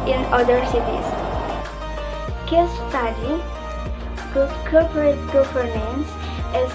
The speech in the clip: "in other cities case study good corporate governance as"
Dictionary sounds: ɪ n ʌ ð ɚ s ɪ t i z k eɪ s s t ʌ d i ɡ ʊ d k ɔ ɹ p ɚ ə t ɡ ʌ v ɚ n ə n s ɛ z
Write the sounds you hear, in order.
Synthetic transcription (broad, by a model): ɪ n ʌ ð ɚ s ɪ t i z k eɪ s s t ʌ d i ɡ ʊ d k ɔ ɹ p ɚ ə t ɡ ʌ f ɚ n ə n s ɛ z